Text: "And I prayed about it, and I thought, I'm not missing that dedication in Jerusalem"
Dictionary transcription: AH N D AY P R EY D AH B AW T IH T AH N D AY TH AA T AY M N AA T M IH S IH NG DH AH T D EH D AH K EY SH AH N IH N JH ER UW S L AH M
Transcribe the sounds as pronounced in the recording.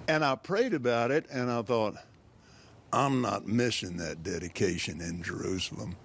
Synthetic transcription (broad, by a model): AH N AY P R EY D AH B AW T IH T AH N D AY TH AA T AY M N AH T M IH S IH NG DH AH T D EH D AH K EY SH AH N IH N JH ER UW S L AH M